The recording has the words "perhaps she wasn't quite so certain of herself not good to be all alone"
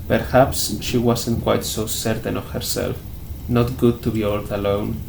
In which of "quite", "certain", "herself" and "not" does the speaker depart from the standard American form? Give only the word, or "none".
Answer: none